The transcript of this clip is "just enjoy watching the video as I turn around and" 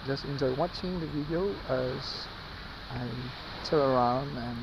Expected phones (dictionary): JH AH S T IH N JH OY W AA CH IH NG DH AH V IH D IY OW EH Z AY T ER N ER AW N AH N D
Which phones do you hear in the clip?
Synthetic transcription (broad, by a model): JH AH S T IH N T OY W AA CH IH NG DH AH V IH D IY OW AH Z AY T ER ER AW N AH N